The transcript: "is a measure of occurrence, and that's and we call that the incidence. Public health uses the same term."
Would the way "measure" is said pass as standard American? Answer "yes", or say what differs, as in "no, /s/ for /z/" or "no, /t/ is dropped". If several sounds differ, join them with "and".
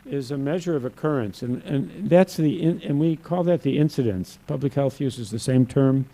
yes